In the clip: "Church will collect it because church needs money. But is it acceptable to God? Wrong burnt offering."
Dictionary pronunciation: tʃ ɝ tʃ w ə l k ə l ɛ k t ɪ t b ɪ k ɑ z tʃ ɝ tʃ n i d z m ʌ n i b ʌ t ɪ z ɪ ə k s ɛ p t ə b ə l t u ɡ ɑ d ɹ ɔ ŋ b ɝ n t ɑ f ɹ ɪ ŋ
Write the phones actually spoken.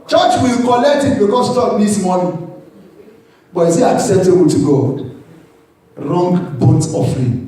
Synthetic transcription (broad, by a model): tʃ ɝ tʃ w ə l k ə l ɛ k t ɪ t b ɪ k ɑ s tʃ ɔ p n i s m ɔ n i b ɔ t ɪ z ɪ ə k s ɛ p t ə b ə l t u ɡ ɑ d ɹ ɔ ŋ b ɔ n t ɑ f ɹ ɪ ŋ